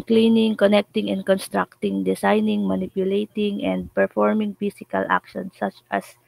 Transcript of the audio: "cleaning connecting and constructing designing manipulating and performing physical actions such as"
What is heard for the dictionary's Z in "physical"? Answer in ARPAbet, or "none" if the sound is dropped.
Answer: S